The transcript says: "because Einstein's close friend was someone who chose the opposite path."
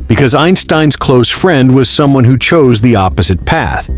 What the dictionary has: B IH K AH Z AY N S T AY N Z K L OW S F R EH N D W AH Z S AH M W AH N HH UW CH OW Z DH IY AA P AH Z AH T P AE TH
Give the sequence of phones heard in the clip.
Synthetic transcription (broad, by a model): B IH K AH Z AY N S T AY N Z K L OW S F R EH N D W AH Z S AH M W AH N HH UW CH OW Z DH IY AA P AH Z AH T P AE TH